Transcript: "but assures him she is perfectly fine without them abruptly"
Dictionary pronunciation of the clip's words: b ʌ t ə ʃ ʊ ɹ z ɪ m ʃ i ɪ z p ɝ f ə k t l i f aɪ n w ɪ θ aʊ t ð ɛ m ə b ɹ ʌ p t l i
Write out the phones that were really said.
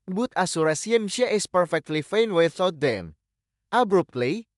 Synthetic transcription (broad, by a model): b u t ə s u ɹ s ɪ m ʃ i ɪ s p ɝ f ə k t l i f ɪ n w ɪ θ aʊ t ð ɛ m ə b ɹ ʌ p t l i